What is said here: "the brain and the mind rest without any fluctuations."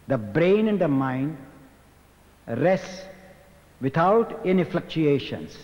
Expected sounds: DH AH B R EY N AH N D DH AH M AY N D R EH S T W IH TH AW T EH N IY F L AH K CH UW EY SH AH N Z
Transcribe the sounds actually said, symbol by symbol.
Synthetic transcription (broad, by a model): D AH B R EY N AH N D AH M AY N D R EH S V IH T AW T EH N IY F L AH K CH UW EY SH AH N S